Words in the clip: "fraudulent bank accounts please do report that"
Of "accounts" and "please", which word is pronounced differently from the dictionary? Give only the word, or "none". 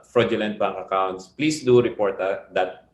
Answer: please